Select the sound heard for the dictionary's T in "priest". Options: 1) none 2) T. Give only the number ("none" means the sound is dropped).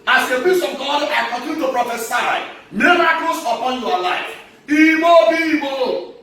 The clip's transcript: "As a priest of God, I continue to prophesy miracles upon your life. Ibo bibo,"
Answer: 1